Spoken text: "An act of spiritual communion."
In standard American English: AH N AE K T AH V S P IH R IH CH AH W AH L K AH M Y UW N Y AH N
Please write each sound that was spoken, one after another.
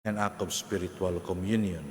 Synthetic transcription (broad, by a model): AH N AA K AH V S P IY R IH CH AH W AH L K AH M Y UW N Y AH N